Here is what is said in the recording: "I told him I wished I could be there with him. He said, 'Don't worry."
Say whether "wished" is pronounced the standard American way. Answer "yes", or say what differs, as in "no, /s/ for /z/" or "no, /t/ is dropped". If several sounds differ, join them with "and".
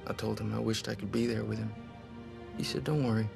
yes